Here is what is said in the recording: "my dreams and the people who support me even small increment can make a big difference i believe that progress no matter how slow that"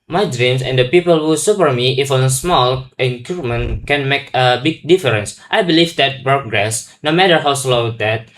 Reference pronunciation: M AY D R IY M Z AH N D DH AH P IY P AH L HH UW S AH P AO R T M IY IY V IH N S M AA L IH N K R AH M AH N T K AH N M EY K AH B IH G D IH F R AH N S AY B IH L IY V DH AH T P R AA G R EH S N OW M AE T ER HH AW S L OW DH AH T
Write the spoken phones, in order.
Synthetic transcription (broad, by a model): M AY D R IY M S AH N D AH P IY P AH L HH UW S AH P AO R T M IY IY F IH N S M AA L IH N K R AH M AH N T K AH N M EY K AH B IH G D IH F R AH N S AY B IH L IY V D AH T P R AA G R EH S N OW M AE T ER HH AW S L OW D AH T